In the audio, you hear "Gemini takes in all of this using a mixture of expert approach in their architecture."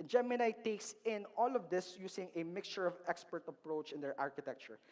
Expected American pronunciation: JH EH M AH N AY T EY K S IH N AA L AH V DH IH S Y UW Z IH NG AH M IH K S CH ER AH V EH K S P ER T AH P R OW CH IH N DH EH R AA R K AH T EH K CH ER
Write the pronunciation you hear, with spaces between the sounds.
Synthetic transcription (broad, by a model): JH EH M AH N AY T EY K S IH N AA L AH V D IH S Y UW S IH NG AH M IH K S CH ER AH V EH K S P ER T AH P R OW CH IH N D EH R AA R K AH T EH K CH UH